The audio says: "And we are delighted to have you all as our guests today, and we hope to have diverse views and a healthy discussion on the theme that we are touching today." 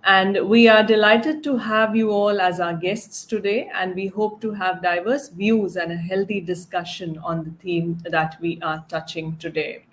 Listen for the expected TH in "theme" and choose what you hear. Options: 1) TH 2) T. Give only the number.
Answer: 2